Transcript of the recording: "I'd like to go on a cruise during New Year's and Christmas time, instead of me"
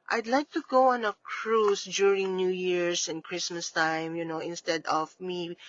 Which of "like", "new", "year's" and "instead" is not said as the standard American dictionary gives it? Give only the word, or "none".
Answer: year's